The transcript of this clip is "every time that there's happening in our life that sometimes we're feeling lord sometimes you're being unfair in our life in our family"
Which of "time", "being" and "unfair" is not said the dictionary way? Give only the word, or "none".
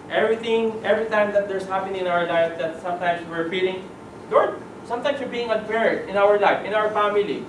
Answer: unfair